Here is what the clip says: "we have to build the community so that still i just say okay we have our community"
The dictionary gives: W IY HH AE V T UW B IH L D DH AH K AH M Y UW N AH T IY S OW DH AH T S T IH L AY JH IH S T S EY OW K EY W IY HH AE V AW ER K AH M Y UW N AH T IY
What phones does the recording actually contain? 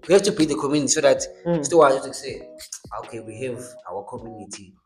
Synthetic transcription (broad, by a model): W IY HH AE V T UW B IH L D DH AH K AH M Y UW N AH T IY S OW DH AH T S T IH W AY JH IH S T S EY OW K EY W IY HH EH V AW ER K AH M Y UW N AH T IY